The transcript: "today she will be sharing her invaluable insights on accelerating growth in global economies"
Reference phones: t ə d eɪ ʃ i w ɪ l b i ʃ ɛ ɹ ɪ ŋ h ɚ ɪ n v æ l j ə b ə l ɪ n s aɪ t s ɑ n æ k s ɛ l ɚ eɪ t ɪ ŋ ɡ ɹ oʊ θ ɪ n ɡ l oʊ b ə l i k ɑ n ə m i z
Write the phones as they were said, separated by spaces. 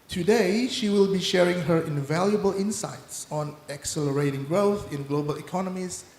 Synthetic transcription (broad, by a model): t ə d eɪ ʃ i w ɪ l b i ʃ ɛ ɹ ɪ ŋ h ɚ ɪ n v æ l j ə b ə l ɪ n s aɪ t s ɑ n æ k s ɛ l ɚ eɪ t ɪ ŋ ɡ ɹ oʊ θ ɪ n ɡ l oʊ b ə l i k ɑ n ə m i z